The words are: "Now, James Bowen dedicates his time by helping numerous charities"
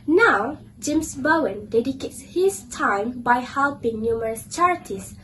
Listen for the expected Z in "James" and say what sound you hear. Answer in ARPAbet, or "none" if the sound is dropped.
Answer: S